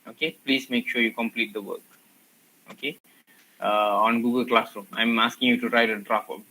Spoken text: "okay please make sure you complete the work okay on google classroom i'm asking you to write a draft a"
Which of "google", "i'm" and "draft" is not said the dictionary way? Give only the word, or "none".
draft